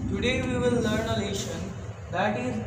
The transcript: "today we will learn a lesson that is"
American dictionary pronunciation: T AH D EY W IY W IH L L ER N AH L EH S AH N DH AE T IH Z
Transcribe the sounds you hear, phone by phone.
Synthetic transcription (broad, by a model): T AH D EY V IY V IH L L ER N AH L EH SH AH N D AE T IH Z